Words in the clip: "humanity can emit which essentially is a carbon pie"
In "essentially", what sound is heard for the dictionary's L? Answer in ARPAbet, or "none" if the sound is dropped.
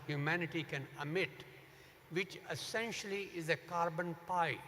L